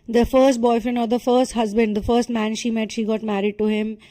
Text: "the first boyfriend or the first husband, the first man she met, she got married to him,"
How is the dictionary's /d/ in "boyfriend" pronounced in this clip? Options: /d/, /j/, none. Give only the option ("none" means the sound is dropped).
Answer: none